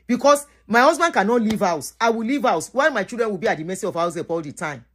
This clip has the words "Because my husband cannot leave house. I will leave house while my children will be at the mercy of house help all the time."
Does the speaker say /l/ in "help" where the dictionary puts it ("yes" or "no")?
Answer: no